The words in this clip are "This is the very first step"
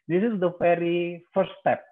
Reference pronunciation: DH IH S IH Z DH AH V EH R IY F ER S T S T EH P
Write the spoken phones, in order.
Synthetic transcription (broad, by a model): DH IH S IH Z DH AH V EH R IY F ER T S T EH P